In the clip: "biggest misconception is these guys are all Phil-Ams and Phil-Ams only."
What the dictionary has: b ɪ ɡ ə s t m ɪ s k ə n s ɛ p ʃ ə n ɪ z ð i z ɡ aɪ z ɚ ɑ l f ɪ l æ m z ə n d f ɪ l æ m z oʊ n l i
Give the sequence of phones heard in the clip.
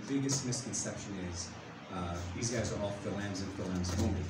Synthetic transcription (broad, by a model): b ɪ ɡ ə s t m ɪ s k ə n s ɛ p ʃ ə n ɪ z ð i z ɡ aɪ z ɚ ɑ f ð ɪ l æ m z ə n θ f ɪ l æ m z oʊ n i